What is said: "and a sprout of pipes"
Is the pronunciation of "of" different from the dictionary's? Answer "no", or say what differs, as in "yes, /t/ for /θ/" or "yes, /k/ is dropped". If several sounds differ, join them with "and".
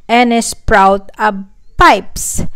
yes, /b/ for /v/